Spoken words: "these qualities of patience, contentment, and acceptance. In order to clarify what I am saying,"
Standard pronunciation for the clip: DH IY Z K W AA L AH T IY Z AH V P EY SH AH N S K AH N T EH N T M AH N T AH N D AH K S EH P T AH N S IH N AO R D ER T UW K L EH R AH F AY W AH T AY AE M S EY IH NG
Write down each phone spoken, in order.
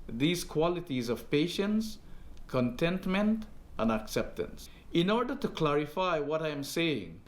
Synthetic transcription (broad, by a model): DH IY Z K W AA L AH T IY Z AH V P EY SH AH N S K AH N T EH N T M AH N T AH N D AH K S EH P T AH N S IH N AO R D ER T UW K L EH R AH F AY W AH T AY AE M S EY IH NG